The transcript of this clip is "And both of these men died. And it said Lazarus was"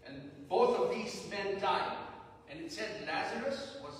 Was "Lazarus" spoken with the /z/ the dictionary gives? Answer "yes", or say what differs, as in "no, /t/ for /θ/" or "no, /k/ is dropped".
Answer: yes